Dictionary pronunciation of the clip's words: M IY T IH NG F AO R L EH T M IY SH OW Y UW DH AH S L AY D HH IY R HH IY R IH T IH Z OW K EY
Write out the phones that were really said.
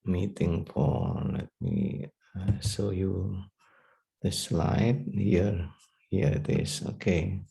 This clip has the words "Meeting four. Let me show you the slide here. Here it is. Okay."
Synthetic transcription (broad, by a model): M IY T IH NG P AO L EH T M IY S OW Y UW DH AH S L AY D HH IY R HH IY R IH T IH S OW K EY